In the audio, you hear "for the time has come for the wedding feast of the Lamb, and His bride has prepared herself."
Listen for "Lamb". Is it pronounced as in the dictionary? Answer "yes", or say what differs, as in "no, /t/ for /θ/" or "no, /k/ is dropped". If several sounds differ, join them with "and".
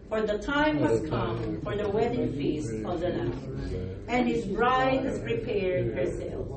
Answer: no, /n/ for /l/ and /m/ is dropped